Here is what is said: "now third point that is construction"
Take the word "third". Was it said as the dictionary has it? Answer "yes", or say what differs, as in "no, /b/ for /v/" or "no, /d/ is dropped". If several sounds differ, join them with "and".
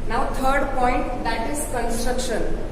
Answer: no, /t/ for /θ/